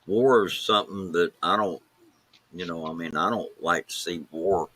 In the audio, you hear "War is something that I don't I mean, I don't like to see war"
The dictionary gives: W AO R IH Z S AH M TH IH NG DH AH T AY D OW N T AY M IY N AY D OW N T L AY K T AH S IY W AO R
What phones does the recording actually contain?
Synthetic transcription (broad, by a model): W AO R IH Z S AH M TH IH NG DH AH T AY D OW N T AY M IY N AY D OW N T L AY K T AH S IY W AO R